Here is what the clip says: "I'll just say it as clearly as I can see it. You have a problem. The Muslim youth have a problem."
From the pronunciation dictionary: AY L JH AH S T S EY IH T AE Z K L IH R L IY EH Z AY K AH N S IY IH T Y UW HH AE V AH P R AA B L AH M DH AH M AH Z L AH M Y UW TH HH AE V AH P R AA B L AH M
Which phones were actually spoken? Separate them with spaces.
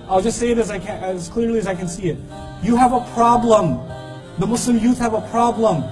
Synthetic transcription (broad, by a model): AY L JH AH S T S EY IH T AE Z K L IH R L IY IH Z AY K AH N S IY IH T Y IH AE V AH P R AA B L AH M DH AH M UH S L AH M Y UW TH HH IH V AH P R AA B L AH M